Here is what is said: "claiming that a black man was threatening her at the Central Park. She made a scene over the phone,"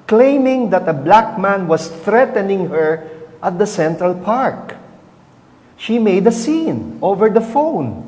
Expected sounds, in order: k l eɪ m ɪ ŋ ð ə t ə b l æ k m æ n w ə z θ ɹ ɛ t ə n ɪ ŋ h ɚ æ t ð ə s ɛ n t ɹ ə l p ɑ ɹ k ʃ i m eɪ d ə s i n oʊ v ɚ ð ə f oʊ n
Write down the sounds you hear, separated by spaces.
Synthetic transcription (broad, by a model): k l eɪ m ɪ ŋ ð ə t ə b l æ k m æ n w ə s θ ɹ ɛ t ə n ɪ ŋ h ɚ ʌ t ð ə s ɛ n t ɹ ə l p ɑ ɹ k ʃ i m eɪ d ə s i n oʊ v ɚ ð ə f oʊ n